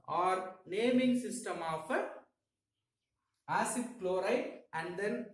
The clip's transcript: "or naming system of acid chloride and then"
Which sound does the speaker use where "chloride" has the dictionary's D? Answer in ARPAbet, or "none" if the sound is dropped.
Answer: none